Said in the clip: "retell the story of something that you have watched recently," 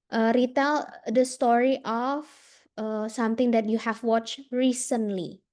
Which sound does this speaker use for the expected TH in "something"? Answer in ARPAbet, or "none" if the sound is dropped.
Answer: T